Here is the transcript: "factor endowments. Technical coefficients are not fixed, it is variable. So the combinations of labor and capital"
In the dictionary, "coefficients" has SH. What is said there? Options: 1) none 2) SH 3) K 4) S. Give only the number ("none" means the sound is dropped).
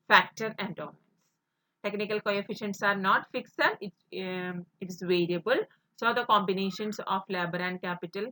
2